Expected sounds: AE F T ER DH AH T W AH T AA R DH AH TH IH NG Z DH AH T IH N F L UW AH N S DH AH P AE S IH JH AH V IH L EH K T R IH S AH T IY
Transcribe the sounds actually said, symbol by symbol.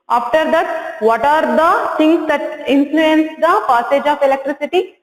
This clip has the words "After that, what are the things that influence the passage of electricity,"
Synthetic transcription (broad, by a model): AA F T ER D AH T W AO T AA R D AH S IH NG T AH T IH N F L UW AH N S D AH P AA S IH JH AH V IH L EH K T R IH S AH T IY